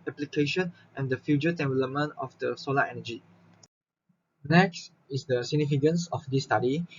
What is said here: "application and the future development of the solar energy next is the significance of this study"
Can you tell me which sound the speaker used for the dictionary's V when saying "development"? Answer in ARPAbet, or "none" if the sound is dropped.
B